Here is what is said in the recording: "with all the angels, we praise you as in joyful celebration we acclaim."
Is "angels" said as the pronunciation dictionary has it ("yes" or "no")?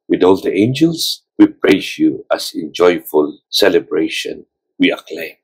no